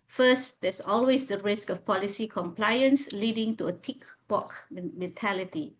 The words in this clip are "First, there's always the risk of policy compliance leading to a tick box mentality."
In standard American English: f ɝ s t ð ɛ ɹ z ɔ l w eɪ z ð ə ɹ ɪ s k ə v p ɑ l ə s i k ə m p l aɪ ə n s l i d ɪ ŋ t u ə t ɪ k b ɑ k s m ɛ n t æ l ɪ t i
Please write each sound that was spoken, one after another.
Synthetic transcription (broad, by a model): f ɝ s t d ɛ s ɔ l w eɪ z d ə ɹ ɪ s k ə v p ɑ l ə s i k ə m p l aɪ ə n s l i d ɪ ŋ t u ə t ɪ k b ɑ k m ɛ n t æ l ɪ t i